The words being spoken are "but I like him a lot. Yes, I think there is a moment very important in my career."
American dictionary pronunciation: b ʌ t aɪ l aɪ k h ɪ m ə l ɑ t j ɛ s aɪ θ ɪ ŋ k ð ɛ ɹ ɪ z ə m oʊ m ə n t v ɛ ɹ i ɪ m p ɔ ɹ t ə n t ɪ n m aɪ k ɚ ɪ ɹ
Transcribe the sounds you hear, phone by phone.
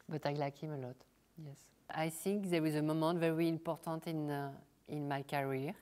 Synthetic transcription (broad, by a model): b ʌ t aɪ l aɪ k h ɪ m ə l ɑ t j ɛ s aɪ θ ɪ ŋ k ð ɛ w ɪ z ə m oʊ m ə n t v ɛ ɹ i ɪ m p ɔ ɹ t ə n t ɪ n m aɪ k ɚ ɹ